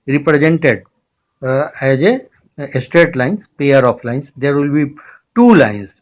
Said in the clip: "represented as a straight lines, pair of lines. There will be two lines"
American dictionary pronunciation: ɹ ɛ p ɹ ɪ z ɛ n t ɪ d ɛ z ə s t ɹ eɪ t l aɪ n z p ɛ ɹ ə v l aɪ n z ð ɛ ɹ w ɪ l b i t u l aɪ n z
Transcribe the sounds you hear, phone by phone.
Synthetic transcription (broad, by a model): ɹ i p ɹ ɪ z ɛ n t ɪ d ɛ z ə s t ɹ eɪ t l aɪ n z p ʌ ɹ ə f l aɪ n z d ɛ ɹ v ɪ l b i t u l aɪ n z